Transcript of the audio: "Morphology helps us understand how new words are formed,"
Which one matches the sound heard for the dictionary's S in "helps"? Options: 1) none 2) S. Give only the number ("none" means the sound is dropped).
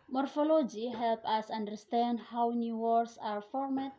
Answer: 1